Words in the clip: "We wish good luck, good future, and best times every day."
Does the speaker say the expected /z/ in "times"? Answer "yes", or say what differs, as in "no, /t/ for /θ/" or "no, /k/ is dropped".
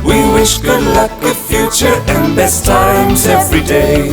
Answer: yes